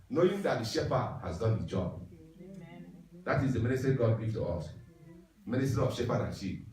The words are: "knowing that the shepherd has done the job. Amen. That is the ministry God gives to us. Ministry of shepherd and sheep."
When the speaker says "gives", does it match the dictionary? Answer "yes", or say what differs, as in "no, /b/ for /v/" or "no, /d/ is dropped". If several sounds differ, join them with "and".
no, /z/ is dropped